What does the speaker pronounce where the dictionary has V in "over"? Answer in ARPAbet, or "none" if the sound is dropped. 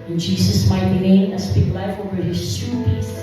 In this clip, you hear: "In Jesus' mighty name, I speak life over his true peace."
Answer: none